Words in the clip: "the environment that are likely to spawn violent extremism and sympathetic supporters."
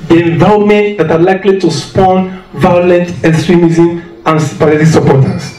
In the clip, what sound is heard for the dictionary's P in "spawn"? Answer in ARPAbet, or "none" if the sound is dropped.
P